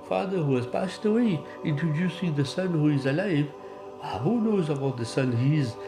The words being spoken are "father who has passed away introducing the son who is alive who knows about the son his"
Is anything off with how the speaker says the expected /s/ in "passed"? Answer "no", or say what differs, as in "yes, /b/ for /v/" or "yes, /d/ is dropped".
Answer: no